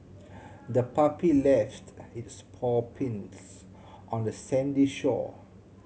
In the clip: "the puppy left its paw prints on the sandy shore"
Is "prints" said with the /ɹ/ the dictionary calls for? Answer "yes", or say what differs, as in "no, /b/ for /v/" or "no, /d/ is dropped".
no, /ɹ/ is dropped